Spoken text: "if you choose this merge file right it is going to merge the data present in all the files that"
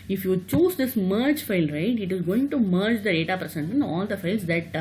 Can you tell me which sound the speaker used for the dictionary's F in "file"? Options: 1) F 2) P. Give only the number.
1